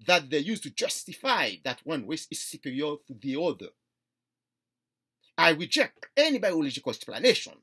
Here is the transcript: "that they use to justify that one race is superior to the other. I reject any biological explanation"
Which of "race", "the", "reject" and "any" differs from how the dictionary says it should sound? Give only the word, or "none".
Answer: race